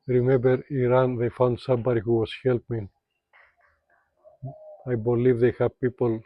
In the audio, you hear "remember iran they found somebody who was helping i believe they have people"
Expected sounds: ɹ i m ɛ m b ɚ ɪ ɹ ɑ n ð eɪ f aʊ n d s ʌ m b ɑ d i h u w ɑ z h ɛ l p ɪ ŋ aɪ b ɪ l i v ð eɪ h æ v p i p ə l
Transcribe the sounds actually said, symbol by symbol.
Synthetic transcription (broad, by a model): ɹ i m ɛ m b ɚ ɪ ɹ ɑ n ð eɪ f aʊ n d s ʌ m b ɑ d i h u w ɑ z h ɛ l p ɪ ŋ aɪ b ɪ l i v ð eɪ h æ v p i p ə l